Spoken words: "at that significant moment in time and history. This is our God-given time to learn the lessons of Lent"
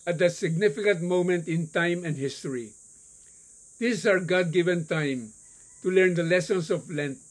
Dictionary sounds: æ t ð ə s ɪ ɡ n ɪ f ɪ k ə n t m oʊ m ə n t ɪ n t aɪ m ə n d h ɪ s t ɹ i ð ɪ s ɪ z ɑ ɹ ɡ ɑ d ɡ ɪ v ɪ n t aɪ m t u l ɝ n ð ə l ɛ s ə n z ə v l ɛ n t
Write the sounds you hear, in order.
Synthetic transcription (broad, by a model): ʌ t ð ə s ɪ ɡ n ɪ f ɪ k ə n t m oʊ m ə n t ɪ n t aɪ m ə n d h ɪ s t i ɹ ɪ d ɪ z ɑ ɹ ɡ ɑ d ɡ ɪ v ɪ n t aɪ m t u l ɝ n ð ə l ɛ s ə n s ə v l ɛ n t